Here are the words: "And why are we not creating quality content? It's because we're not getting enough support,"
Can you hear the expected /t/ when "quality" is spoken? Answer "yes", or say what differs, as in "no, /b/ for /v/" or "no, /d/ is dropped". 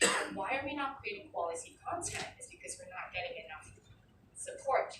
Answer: no, /s/ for /t/